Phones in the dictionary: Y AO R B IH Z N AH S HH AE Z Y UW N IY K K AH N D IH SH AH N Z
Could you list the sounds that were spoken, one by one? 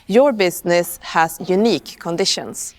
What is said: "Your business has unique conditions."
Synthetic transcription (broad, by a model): Y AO R B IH S N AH S HH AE S Y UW N IY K K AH N D IH SH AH N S